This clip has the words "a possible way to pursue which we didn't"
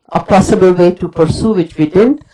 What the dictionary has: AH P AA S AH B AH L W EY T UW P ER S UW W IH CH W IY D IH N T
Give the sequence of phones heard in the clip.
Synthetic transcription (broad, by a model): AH P AA S AH B AH L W EY T UW P ER S UW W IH CH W IY D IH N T